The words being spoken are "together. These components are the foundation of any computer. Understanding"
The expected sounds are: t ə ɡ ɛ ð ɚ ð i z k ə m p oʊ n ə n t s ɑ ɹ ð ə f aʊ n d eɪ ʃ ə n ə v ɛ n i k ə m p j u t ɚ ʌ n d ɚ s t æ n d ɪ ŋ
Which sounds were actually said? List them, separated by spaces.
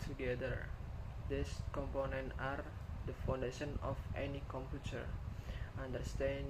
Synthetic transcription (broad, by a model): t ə ɡ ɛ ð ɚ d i s k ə m p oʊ n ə n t ɑ ɹ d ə f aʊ n d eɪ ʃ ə n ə f ɛ n i k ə m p j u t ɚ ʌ n d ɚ s t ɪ